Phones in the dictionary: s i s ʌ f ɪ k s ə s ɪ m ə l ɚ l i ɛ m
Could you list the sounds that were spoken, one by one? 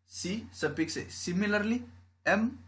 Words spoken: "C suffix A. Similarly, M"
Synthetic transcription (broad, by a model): s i s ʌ p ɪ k s ə s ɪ m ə l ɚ l i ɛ m